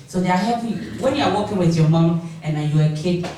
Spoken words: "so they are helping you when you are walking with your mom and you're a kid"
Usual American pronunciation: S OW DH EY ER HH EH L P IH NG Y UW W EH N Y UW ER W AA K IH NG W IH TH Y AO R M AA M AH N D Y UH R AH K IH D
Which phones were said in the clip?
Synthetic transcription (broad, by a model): S OW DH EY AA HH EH P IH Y W EH N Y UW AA W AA K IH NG W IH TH Y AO M AA M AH N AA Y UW AH K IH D